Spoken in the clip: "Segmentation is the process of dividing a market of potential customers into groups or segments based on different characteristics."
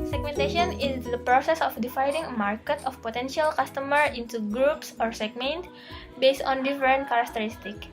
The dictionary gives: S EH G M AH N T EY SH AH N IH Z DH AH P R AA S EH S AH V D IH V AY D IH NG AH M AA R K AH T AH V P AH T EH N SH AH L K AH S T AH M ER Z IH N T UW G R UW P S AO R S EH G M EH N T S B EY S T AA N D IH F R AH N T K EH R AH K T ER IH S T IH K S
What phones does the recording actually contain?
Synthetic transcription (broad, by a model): S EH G M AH N T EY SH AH N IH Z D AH P R AA S EH S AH F D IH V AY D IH NG AH M AA R K AH T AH F P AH T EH N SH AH L K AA S T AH M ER IH N T UW G R UW P S AO R S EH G M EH N T B EY S T AA N D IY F R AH N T K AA R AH K T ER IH S T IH K